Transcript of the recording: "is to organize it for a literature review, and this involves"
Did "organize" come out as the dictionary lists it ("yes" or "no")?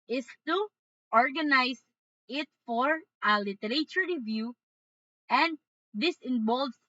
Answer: no